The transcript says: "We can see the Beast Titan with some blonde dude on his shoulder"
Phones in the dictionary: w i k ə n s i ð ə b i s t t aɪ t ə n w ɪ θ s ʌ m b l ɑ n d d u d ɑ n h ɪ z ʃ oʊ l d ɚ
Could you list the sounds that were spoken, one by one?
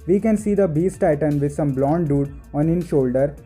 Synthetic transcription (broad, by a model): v i k ə n s i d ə b i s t t aɪ t ə n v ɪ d s ʌ m b l ɑ n d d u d ɑ n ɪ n ʃ oʊ l d ɚ